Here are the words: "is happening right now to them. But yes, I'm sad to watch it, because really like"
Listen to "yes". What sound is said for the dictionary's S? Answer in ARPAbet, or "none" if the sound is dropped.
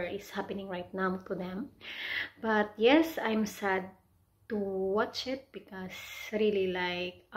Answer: S